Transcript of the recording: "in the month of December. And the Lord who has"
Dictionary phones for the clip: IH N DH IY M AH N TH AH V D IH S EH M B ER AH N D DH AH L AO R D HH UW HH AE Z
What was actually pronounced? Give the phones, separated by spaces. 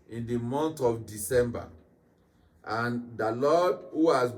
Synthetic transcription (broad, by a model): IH N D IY M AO N T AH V D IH S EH M B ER AH N D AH L AO D HH UW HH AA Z